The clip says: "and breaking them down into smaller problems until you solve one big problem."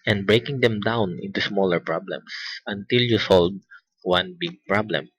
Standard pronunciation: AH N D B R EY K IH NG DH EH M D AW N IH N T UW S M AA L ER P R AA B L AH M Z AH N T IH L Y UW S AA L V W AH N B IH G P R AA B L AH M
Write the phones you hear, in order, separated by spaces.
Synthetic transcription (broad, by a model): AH N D B R EY K IH NG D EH M D AW N IH N T UW S M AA L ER P R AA B L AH M S AH N T IH L Y UW S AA L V W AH N B IH G P R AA B L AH M